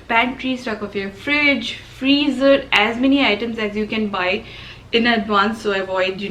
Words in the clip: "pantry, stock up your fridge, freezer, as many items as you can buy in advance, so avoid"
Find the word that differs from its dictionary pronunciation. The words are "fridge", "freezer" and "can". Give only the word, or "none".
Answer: none